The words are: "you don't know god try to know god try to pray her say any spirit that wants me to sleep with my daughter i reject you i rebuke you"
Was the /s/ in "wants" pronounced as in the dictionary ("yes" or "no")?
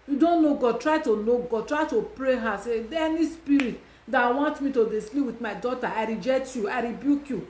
no